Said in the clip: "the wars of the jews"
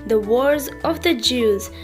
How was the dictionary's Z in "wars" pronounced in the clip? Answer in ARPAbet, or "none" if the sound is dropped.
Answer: Z